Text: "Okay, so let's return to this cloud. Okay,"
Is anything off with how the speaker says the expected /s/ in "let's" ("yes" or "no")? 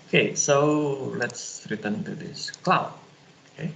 no